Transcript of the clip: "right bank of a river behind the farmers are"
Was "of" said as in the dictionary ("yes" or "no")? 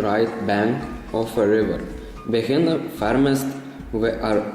no